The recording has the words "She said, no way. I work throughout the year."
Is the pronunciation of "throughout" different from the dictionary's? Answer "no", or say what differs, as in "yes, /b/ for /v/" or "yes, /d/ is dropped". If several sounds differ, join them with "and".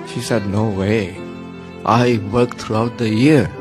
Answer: yes, /t/ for /θ/